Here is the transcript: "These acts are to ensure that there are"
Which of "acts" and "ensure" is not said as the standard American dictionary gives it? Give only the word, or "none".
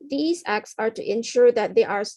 none